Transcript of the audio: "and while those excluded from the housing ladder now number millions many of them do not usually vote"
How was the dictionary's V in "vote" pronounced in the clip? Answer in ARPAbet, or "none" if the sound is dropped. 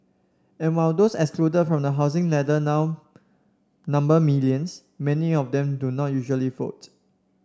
F